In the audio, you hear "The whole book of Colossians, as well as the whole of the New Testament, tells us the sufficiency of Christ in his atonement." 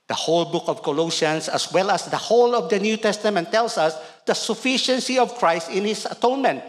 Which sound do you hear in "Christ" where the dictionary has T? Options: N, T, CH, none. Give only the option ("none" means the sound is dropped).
T